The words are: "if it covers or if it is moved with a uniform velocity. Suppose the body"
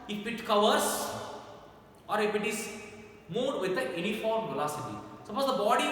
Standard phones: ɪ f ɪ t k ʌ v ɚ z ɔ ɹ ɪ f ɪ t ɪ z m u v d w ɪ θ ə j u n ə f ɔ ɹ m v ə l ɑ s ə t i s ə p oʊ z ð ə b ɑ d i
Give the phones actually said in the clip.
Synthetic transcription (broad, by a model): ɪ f ɪ t k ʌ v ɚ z ɔ ɹ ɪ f ɪ t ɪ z m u d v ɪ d ə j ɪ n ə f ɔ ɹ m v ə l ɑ s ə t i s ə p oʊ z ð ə b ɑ d i